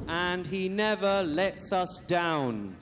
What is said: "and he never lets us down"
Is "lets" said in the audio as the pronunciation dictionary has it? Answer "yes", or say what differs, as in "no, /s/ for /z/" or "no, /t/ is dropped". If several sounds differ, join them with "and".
yes